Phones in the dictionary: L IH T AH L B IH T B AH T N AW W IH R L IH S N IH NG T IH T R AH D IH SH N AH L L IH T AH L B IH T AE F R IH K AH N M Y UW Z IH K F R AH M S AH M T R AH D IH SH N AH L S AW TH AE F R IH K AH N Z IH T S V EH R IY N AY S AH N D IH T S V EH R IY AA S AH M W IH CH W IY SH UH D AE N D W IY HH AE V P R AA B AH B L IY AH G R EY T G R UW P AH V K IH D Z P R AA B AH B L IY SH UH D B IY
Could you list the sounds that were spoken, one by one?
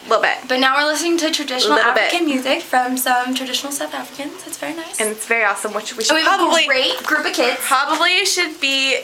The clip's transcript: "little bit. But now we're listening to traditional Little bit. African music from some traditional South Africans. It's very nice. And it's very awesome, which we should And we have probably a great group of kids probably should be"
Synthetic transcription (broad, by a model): L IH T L B IH T B AH T N AW W IH R L IH S N IH NG T IH T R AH D IH SH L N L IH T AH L B IH T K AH N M Y UW Z IH K F R AH M S AH M T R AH D IH SH N L S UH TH AE F R IH K AH N Z IH T S V EH R IY N AY S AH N IH T S V EH R IY AA S AH M W IH CH W IY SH W IY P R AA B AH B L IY G R EY T G R UW P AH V K IH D P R AA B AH B L IY SH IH D B IY